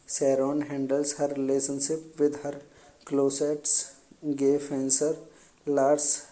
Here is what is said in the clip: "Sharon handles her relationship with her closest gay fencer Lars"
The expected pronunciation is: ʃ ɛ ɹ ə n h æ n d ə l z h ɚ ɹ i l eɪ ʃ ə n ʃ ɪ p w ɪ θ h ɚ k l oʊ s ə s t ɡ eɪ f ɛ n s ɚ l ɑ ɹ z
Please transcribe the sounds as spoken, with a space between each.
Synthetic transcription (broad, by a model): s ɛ ɹ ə n h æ n d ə l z h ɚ ɹ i l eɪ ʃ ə n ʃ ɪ p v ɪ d h ɚ k l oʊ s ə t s ɡ eɪ f ɛ n s ɚ l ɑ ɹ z